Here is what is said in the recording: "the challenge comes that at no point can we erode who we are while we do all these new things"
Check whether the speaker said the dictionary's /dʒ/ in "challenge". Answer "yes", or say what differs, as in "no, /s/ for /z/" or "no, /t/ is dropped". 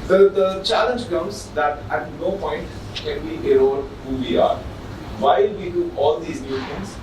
yes